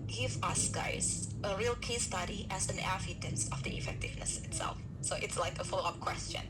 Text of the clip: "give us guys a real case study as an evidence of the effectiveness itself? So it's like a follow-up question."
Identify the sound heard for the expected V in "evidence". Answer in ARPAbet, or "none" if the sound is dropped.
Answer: F